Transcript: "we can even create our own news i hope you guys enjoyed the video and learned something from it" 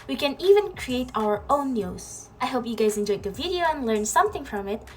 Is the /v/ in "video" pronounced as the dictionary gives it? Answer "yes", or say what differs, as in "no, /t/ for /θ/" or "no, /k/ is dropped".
yes